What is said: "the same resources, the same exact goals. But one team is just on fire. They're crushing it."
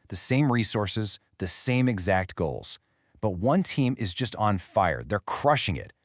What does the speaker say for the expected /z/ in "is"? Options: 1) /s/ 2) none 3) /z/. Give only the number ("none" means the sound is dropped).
3